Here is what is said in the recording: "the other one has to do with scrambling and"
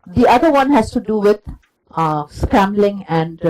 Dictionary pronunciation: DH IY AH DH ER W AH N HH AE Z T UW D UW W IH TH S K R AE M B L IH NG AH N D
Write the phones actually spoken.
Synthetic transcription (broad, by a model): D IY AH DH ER W AH N HH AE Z T UW D UW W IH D S K AE M B L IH NG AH N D